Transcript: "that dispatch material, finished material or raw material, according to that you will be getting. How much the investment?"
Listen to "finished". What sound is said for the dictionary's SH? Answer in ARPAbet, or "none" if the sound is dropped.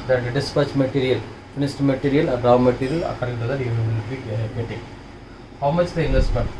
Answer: S